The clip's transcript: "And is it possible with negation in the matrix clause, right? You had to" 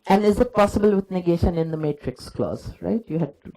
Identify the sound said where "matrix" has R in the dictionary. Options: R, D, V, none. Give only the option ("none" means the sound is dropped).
R